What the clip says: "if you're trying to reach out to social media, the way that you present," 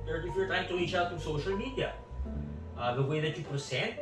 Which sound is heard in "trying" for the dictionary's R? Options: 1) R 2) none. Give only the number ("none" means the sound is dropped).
2